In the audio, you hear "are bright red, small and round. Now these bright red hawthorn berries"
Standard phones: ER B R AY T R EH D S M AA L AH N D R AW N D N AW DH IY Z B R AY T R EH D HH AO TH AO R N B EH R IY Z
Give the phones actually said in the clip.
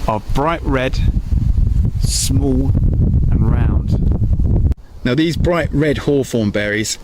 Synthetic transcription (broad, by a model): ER B R AY T R EH D S M AA L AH N R AW N D N AW DH IY Z B R AY T R EH D HH AO F AO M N B EH R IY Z